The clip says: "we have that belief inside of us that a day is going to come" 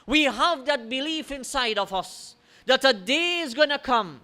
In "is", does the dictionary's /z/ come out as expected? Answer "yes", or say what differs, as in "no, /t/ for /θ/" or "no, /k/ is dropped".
yes